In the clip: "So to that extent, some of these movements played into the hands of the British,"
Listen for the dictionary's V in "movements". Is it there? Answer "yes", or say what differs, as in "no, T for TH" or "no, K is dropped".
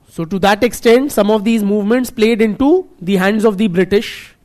yes